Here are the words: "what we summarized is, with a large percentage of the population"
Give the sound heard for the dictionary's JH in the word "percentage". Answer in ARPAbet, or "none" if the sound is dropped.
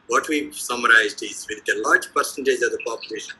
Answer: Z